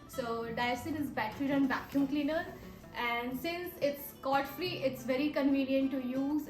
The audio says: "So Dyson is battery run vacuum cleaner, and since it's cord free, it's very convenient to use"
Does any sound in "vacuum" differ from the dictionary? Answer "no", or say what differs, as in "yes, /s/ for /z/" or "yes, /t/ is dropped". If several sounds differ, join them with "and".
yes, /b/ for /v/